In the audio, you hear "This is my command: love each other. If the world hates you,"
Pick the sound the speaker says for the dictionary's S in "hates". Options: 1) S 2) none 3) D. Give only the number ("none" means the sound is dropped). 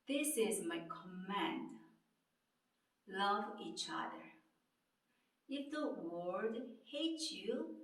2